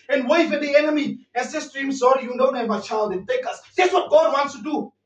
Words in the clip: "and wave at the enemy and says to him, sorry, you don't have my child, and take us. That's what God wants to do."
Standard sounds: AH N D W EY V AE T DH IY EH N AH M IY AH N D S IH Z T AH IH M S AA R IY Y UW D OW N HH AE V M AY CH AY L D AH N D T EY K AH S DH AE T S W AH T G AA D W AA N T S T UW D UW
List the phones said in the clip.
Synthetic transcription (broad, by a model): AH N W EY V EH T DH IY EH N AH M IY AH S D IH S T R IH M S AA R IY Y UW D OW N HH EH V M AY CH AY L D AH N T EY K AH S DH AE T S W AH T G AA D W AA N T S T UW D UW